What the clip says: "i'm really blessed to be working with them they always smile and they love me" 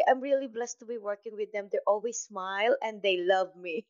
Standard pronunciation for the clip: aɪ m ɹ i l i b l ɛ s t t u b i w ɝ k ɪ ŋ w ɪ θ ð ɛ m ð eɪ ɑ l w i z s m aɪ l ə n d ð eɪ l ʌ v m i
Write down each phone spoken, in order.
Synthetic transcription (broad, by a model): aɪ m ɹ i l i b l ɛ s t t u b i w ɝ k ɪ ŋ w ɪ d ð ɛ m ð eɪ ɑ l w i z s m aɪ l ə n d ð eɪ l ʌ v m i